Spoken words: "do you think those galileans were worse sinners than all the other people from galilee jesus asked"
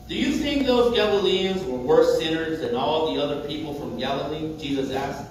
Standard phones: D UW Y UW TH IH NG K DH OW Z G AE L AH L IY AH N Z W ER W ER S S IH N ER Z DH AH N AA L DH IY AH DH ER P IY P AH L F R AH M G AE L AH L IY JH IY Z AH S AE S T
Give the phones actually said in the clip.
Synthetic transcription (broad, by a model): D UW Y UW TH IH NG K DH OW Z G AE L AH L IY AH N Z W ER W ER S S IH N ER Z DH AH N AA L DH IY AH DH ER P IY P L F R AH M G AE L AH L IY JH IY Z AH S AE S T